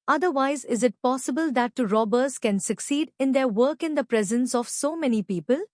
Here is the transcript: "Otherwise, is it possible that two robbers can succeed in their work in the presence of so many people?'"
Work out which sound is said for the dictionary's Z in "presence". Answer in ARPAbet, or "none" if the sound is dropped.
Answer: Z